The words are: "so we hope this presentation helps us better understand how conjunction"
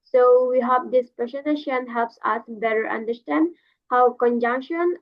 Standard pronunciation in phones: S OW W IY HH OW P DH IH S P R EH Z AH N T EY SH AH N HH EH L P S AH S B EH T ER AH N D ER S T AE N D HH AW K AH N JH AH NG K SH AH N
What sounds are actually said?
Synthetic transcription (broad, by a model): S OW W IY HH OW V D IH S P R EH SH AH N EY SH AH N HH EH L P S AH S B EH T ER AH N D ER S T AE N D HH AW K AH N JH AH NG K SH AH N